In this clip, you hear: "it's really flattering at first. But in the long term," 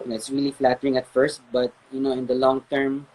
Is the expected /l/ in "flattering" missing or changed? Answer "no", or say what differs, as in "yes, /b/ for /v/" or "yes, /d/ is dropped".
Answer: no